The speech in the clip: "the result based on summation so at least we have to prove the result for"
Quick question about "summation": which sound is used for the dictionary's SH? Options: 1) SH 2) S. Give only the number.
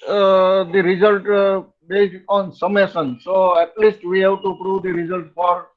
2